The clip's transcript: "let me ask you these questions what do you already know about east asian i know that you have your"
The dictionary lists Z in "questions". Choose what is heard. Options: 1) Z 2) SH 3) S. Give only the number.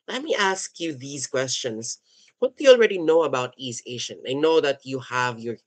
3